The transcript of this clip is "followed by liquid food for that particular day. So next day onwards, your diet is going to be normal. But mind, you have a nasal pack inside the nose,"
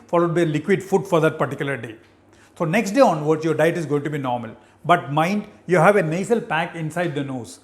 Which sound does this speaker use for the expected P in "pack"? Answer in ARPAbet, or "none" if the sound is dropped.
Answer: P